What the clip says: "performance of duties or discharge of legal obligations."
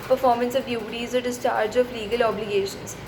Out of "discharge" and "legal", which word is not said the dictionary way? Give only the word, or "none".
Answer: none